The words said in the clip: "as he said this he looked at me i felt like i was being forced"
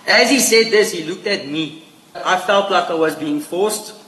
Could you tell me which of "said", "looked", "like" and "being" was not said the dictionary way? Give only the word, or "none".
none